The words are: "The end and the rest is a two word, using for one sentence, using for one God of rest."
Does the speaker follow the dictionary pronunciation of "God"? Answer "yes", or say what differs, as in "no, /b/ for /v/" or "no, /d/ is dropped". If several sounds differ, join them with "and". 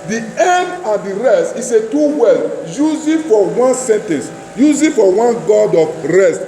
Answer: yes